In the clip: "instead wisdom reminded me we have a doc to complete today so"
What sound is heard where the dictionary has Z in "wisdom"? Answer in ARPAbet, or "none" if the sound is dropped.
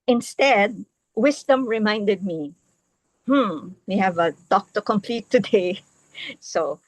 S